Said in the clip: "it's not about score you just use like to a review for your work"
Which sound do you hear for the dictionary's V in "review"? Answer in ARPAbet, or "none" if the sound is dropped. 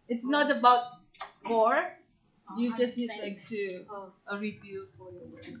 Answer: B